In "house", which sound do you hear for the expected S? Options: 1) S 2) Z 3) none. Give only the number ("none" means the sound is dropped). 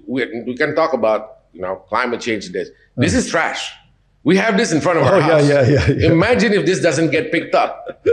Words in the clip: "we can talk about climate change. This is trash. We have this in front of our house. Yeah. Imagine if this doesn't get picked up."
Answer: 3